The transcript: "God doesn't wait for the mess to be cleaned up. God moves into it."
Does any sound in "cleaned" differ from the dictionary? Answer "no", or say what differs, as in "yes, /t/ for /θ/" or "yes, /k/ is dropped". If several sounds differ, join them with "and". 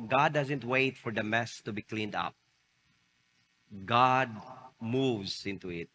no